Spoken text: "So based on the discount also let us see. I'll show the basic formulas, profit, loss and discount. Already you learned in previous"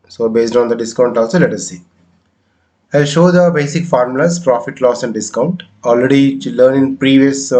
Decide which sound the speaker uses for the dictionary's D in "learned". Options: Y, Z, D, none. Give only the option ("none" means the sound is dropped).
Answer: none